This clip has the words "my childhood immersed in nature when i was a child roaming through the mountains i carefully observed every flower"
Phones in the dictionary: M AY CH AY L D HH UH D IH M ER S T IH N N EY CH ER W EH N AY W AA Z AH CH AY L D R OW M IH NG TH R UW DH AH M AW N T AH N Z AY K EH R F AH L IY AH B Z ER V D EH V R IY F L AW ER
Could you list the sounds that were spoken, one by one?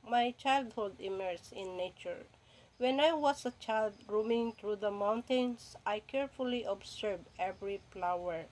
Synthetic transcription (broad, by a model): M AY CH AY L D HH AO D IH M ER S IH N N EY CH ER W EH N AY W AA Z AH CH AY L D R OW M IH NG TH R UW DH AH M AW N T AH N S AY K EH R F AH L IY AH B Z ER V EH V R IY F L AW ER